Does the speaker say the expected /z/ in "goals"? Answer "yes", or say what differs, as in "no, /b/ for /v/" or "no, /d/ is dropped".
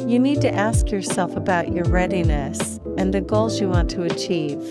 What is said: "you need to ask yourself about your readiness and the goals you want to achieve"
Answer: yes